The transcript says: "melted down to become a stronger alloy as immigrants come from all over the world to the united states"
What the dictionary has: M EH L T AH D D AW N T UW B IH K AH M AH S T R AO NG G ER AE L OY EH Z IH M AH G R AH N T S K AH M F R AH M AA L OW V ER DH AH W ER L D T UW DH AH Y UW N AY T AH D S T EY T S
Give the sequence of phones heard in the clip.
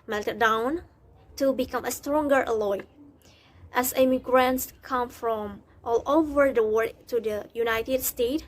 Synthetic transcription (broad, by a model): M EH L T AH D D AW N T UW B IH K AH M AH S T R AO NG G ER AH L OY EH S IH M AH G R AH N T S K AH M F R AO M AA L OW V ER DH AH W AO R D T UW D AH Y UW N AY T AH D S T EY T